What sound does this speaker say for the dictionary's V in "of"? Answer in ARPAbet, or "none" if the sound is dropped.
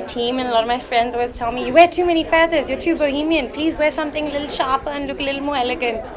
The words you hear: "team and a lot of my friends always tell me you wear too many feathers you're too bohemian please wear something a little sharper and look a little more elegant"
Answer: V